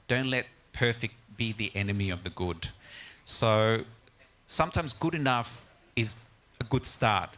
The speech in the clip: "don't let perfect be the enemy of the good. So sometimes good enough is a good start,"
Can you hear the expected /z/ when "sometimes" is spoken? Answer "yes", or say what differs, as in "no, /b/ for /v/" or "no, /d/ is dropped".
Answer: yes